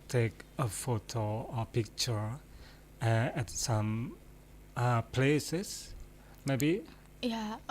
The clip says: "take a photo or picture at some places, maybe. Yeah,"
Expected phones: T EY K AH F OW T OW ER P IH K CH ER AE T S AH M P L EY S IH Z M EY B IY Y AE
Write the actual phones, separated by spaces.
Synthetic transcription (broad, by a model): T EY K AH F OW T OW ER P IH K CH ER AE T S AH M P L EY S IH S M EY B IY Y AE